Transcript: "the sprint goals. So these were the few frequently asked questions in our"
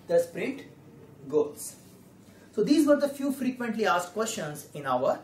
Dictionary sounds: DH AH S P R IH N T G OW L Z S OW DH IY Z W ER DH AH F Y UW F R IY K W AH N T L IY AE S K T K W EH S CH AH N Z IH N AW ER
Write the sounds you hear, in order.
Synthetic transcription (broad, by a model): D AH S P R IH T G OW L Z S OW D IY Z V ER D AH F Y UW F R IY K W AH N T L IY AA S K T K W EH S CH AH N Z IH N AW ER